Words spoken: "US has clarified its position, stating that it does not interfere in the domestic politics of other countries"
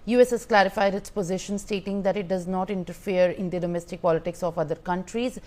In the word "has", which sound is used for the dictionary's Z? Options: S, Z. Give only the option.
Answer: S